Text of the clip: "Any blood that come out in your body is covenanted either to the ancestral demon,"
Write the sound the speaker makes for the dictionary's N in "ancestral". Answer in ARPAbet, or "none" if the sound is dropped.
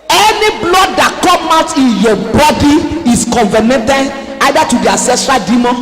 none